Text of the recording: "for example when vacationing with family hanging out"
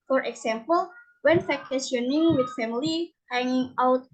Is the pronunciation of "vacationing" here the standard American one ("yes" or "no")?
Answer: no